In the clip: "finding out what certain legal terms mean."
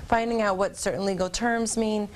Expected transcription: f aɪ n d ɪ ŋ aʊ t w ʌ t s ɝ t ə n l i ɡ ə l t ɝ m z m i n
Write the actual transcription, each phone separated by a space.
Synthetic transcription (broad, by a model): f aɪ n d ɪ ŋ aʊ t w ʌ t s ɝ t n l i ɡ l t ɝ m z m i n